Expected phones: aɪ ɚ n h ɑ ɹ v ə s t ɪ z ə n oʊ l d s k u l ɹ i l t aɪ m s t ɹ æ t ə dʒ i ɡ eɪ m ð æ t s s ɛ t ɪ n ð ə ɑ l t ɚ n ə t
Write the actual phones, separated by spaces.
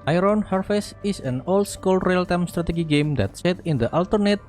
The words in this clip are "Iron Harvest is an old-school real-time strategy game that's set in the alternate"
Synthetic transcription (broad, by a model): aɪ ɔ n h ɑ ɹ f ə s ɪ s ə n oʊ l d s k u l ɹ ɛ l t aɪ m s t ɹ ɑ t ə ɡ i ɡ eɪ m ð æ t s s ɛ t ɪ n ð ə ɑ l t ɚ n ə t